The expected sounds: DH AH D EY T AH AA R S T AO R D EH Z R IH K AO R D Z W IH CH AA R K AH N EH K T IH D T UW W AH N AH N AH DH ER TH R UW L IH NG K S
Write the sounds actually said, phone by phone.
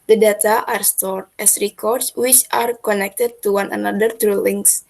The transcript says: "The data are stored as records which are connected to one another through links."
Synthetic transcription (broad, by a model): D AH D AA T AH AA R S T AO R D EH S R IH K AO R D S W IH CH AA R K AH N EH K T IH D T UW W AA N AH N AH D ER T R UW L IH NG S